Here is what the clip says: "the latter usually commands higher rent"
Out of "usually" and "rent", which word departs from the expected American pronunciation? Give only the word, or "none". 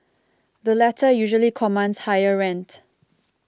none